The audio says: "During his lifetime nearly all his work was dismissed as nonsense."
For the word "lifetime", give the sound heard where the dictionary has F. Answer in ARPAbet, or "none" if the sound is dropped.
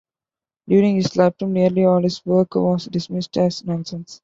P